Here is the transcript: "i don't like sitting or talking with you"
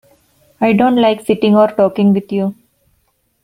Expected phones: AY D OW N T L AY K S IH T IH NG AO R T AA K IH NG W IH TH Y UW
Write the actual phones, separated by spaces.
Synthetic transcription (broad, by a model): AY D OW N T L AY K S IH T IH NG AO R T AA K IH NG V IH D Y UW